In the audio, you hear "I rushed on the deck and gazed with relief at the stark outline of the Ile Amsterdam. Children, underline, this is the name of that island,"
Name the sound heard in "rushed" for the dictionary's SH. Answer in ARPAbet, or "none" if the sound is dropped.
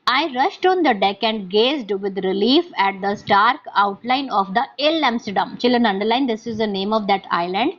SH